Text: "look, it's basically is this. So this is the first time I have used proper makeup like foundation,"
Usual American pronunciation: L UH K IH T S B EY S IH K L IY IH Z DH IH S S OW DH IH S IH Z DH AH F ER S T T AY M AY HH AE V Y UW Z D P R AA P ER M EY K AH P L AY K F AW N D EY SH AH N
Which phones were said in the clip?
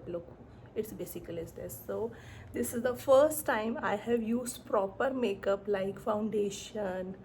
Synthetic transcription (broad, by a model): L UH K IH T S B EY S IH K L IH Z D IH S S OW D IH S IH Z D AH F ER S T T AY M AY HH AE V Y UW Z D P R AA P ER M EY K AH P L AY K F AW N D EY SH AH N